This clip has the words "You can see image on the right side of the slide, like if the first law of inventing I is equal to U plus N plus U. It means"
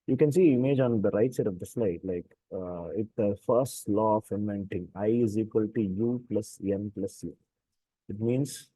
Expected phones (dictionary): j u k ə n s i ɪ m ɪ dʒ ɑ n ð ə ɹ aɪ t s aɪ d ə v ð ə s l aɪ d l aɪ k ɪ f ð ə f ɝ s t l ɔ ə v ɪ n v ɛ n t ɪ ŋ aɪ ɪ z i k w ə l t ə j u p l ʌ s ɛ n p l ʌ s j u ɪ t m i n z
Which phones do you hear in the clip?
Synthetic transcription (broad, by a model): j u k ə n s i ɪ m ɪ dʒ ɑ n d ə ɹ aɪ t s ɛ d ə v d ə s l aɪ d l aɪ k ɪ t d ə f ɝ s t l ɔ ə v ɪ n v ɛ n t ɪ ŋ aɪ ɪ z i k w ə l t ə j u p l ʌ s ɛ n p l ʌ s j u ɪ t m i n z